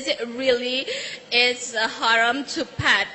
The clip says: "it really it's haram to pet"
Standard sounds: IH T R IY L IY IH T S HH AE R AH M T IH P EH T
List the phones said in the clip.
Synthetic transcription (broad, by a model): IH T R IY L IY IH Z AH HH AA R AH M T IH P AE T